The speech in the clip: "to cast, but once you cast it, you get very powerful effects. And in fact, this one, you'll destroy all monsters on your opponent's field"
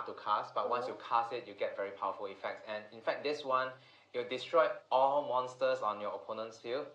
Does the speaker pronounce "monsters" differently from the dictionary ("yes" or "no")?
yes